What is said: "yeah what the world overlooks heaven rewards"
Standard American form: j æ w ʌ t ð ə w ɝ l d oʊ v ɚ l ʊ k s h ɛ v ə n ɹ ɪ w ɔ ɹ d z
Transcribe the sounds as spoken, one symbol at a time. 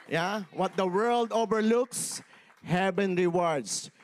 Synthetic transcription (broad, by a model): j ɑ w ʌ t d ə w ɝ l d oʊ v ɚ l ʊ k s h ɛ b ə n ɹ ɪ w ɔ ɹ d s